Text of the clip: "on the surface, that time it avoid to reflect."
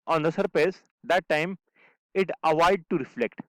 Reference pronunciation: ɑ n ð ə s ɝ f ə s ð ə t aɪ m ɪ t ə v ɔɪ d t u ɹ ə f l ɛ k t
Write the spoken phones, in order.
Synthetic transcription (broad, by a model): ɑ n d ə s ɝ p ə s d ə t aɪ m ɪ t ə v ɔɪ d t u ɹ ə f l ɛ k t